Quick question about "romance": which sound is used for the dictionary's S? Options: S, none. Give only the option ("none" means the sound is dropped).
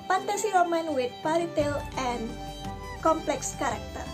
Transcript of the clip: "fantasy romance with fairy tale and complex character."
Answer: none